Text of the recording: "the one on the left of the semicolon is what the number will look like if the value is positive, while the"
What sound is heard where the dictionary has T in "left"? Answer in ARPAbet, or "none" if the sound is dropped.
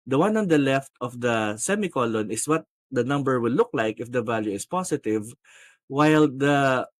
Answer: T